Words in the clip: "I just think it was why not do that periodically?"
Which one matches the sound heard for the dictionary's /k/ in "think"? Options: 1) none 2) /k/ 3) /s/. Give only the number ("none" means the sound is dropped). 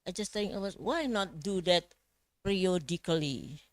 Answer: 1